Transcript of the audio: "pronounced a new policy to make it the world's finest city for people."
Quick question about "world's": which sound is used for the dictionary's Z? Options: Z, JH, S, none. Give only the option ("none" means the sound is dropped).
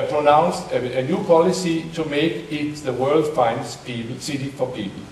none